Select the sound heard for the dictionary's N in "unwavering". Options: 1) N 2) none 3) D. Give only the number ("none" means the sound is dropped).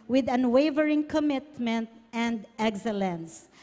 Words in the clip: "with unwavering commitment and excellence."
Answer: 1